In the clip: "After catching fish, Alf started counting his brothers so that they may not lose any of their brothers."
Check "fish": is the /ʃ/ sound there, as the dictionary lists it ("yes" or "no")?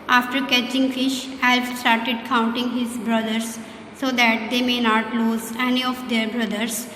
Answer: yes